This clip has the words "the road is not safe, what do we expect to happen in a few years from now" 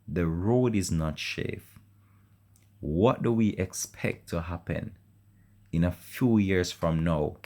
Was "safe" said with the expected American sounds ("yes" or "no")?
no